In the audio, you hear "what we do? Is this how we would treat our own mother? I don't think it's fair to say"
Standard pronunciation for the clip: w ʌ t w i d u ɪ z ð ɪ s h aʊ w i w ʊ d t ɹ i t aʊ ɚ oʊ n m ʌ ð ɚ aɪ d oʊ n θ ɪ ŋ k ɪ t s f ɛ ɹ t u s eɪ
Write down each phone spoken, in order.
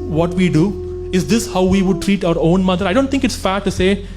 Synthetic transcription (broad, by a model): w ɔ t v i d u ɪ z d ɪ s h aʊ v i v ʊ d t ɹ i t aʊ ɚ oʊ n m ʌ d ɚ aɪ d oʊ n t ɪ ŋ k ɪ t s f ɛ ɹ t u s eɪ